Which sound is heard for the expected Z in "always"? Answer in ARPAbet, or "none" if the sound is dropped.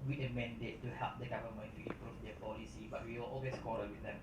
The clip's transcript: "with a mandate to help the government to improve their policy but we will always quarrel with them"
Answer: S